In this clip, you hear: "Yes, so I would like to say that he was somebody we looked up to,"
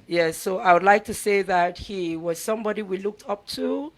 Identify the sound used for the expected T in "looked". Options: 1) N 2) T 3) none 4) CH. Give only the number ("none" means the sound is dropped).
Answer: 2